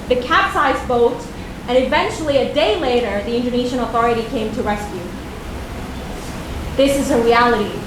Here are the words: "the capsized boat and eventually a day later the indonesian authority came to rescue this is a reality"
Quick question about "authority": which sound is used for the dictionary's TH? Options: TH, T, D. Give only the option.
TH